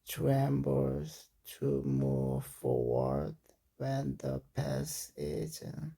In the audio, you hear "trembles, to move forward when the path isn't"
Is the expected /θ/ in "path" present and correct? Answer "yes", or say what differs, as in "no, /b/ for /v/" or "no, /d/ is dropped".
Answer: no, /s/ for /θ/